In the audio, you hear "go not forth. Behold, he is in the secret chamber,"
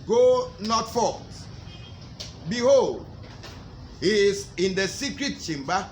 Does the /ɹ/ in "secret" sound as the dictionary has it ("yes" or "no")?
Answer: yes